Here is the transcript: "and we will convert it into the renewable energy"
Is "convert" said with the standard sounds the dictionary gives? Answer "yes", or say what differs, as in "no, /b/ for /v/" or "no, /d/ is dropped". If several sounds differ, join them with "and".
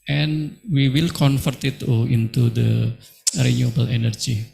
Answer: no, /f/ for /v/